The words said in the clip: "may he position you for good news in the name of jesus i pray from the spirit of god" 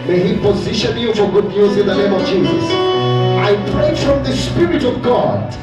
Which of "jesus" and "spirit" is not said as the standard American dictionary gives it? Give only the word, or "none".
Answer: none